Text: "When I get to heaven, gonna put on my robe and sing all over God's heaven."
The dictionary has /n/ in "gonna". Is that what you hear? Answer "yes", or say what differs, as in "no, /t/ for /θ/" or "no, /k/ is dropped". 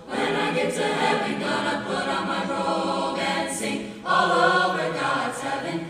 no, /n/ is dropped